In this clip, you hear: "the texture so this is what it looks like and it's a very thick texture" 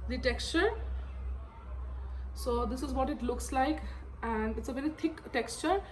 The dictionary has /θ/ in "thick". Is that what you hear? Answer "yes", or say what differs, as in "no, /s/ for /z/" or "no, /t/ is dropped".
no, /t/ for /θ/